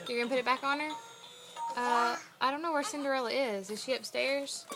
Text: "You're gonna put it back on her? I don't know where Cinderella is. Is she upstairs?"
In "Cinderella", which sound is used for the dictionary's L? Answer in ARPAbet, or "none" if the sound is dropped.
L